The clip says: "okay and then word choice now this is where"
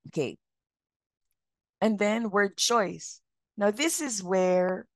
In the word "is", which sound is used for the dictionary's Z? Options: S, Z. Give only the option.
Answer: Z